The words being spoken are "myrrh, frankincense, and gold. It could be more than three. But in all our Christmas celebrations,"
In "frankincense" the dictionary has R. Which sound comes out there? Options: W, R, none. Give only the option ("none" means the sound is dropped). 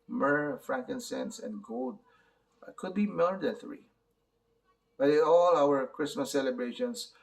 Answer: R